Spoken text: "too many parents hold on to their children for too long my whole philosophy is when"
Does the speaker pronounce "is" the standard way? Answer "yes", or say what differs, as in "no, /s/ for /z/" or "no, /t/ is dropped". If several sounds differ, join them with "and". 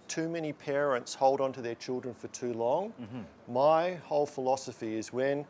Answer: yes